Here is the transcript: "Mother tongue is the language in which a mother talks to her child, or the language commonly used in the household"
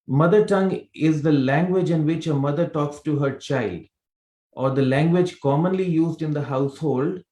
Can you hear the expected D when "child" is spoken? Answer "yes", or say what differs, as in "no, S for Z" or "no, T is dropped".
yes